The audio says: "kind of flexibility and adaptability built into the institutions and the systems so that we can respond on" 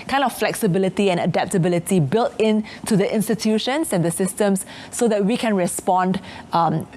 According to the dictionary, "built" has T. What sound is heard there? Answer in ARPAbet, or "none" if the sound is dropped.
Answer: T